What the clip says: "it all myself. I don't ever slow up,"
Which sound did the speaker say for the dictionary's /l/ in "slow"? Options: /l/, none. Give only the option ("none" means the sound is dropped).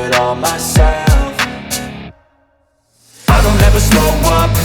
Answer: none